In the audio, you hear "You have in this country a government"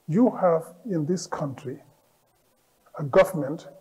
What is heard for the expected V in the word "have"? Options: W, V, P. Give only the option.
V